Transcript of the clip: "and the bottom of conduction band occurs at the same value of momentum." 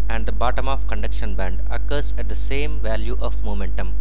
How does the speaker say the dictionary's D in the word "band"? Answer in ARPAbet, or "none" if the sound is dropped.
D